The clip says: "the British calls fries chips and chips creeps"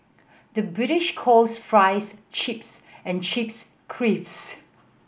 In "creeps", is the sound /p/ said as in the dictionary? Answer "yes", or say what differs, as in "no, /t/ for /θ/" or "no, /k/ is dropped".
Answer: no, /f/ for /p/